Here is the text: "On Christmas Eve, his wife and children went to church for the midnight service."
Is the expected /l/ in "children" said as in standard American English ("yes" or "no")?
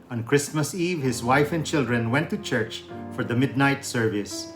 yes